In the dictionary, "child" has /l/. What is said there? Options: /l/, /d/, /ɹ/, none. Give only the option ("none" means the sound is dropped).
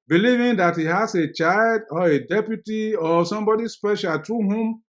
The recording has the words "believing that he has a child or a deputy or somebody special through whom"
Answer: /l/